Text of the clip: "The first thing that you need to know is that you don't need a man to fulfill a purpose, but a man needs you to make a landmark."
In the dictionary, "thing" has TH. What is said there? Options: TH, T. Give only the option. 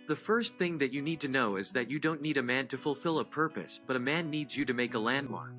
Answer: TH